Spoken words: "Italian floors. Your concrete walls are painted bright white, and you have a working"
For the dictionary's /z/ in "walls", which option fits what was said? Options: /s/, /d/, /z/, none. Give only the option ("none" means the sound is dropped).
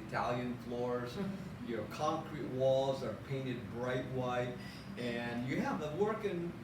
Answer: /z/